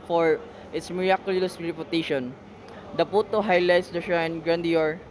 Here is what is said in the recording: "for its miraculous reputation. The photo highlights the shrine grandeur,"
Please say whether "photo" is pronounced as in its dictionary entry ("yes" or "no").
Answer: no